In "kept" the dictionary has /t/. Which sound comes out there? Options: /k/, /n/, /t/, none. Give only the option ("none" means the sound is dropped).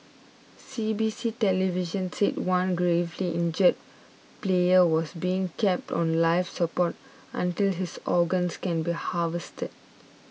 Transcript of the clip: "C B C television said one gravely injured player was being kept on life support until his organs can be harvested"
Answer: /t/